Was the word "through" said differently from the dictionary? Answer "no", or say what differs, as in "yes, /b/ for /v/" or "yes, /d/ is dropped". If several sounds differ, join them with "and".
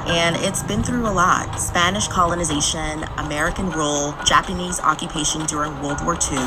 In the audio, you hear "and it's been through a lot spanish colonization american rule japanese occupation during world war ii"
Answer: no